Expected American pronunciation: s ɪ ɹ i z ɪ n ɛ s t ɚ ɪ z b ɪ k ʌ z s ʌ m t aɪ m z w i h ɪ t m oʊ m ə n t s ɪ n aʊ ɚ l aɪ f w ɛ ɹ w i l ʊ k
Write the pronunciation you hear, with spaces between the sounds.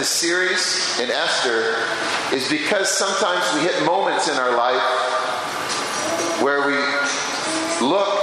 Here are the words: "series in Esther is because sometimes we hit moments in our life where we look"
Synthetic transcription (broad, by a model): s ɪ ɹ i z ɪ n ɛ s t ɚ ɪ z b ɪ k ʌ z s ʌ m t aɪ m z w i h ɪ t m oʊ m ə n t s ɪ n aʊ ɚ l aɪ f w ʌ ɹ w i l ʊ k